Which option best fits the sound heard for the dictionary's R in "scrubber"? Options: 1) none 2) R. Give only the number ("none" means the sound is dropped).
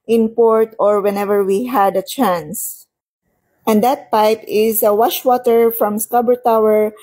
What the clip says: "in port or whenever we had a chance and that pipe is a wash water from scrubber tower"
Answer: 1